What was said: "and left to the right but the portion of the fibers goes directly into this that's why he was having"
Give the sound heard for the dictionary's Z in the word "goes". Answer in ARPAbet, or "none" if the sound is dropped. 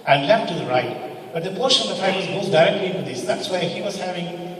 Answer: S